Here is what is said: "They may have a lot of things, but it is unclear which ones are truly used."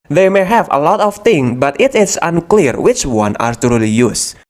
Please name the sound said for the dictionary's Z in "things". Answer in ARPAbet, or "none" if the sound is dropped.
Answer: none